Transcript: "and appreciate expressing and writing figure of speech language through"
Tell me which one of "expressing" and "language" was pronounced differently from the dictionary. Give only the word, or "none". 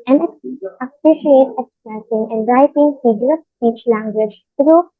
expressing